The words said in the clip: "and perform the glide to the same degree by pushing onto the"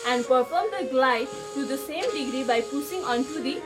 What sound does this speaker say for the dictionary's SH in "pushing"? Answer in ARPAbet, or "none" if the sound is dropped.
S